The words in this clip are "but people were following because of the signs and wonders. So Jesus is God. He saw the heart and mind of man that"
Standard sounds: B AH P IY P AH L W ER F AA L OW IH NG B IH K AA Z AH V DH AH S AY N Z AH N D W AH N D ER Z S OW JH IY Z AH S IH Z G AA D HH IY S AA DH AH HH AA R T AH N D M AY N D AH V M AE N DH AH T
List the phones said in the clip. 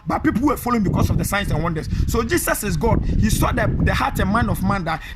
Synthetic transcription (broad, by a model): B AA P IY P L W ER F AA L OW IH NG B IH K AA S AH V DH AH S AY N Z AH N W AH N D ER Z S OW JH IY S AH S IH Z G AA D HH IY S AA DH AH HH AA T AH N M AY N AH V M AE N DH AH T